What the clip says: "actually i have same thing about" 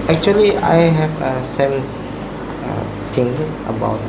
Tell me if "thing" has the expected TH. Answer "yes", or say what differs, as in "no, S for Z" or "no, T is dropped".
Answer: no, T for TH